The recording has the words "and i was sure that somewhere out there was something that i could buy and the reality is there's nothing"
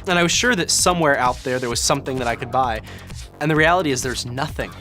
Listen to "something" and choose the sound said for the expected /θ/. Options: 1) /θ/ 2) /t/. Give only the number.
1